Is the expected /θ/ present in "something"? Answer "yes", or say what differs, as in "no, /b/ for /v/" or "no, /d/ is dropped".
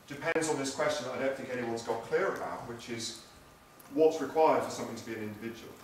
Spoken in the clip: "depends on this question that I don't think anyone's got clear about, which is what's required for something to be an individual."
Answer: yes